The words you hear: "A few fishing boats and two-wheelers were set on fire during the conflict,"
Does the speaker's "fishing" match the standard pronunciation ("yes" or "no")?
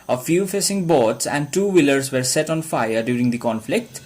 no